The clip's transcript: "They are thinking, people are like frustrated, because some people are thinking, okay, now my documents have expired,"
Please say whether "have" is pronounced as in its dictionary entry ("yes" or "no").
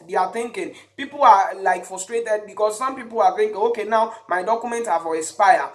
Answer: no